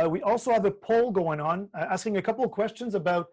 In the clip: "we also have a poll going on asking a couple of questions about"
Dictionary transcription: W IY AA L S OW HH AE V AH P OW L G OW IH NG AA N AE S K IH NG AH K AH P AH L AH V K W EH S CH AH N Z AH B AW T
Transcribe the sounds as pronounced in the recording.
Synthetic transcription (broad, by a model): W IY AA L S OW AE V AH P OW L G OW IH NG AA N AE S K IH NG AH K AH P L K W EH S CH AH N Z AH B AW T